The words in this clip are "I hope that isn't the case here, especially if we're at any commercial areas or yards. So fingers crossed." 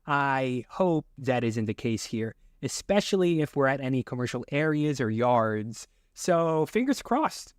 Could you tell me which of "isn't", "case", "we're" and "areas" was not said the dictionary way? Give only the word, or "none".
none